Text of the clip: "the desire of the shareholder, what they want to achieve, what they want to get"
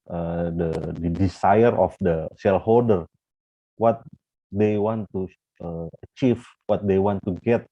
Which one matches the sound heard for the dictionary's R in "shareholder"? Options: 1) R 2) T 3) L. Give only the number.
3